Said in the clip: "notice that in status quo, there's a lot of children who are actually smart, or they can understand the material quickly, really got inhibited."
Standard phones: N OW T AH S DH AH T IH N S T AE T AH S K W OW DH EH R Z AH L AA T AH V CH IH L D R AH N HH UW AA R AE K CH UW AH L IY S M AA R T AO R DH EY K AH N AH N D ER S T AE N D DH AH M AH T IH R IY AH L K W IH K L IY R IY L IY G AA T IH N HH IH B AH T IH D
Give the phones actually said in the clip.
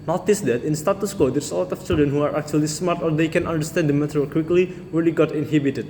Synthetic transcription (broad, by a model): N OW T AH S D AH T IH N S T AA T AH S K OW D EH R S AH L AA T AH F CH IH L D R AH N HH UW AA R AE K CH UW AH L IY S M AA R T AO R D EY K AH N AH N D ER S T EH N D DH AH M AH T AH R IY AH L K W IH K L IY R IY L IY G AA T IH N HH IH B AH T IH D